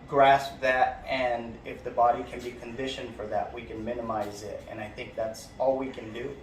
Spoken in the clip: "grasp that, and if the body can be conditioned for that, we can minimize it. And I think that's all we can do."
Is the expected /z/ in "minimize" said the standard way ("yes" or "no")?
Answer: yes